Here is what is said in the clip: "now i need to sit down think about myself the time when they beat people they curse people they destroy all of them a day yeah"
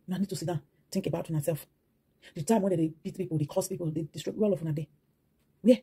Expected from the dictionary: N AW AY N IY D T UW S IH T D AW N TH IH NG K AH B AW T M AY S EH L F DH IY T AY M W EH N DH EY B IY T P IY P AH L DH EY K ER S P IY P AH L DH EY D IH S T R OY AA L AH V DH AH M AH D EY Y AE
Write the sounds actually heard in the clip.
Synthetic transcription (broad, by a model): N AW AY N IY D T UW S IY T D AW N T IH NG K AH B AW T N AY S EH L F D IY T AY M W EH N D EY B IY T P IY P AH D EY K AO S P IY P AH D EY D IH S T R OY AA L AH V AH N AH D EY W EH